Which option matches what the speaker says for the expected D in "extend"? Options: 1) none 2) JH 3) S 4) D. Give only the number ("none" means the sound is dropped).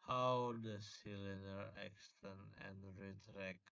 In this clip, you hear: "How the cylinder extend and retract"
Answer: 1